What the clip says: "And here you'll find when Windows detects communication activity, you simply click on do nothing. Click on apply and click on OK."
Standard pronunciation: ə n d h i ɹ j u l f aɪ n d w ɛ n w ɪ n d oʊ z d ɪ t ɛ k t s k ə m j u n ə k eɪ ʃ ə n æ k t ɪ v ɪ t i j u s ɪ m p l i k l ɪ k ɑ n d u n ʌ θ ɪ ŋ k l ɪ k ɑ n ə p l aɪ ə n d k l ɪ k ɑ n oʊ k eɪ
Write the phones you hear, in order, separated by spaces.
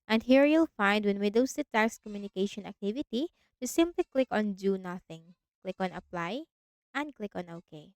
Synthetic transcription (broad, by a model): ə n d h i ɹ j u l f aɪ n d w ɛ n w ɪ d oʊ s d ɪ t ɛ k s k ə m j u n ə k eɪ ʃ ə n æ k t ɪ v ɪ t i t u s ɪ m p l i k l ɪ k ɑ n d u n ʌ θ ɪ ŋ k l ɪ k ɑ n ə p l aɪ ə n d k l ɪ k ɑ n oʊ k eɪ